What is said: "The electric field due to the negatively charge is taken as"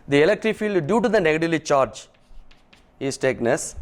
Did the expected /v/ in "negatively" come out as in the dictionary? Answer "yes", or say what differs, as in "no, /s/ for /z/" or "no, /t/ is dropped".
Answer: no, /v/ is dropped